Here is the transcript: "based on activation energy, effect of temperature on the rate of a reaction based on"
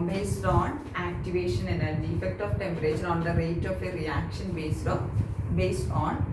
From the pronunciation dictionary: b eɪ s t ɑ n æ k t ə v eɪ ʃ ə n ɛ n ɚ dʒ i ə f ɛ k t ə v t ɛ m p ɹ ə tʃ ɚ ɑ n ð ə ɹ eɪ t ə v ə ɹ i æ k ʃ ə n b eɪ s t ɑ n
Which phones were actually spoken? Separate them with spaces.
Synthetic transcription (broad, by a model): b eɪ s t ɑ n æ k t ə v eɪ ʃ ə n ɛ n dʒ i ə f ɛ k t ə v t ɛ m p ɹ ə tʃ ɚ ɑ n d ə ɹ eɪ t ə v ə ɹ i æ k ʃ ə n b eɪ s t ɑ n